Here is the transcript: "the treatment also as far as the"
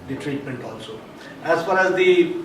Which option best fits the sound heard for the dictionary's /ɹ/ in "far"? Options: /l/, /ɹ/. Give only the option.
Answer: /ɹ/